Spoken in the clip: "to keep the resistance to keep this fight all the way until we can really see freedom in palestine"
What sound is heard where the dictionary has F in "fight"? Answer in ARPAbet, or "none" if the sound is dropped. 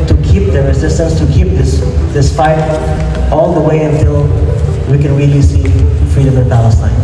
P